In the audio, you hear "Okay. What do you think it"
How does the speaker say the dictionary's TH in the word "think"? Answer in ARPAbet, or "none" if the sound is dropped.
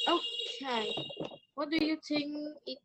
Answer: T